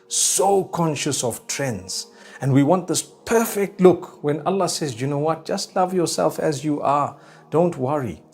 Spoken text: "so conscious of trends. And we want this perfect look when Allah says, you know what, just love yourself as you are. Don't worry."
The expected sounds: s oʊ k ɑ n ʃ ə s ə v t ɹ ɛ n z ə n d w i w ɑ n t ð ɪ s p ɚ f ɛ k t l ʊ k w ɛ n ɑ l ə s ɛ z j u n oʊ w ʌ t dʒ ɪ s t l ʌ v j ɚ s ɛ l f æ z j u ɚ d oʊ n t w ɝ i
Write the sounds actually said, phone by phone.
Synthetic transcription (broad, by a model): s oʊ k ɑ n ʃ ə s ə v t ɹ ɛ n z ə n d w i w ɑ n t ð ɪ s p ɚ f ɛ k t l ʊ k w ɛ n ɑ l ə s ɛ z j u n oʊ w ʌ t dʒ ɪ s t l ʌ v j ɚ s ɛ l f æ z j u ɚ d oʊ n t w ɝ i